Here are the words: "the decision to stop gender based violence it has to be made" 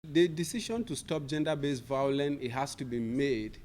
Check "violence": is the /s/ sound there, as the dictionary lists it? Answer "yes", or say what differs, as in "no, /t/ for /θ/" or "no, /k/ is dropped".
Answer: no, /s/ is dropped